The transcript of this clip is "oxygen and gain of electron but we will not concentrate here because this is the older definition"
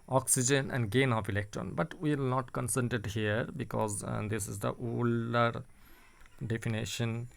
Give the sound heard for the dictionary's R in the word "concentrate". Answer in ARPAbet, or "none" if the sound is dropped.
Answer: none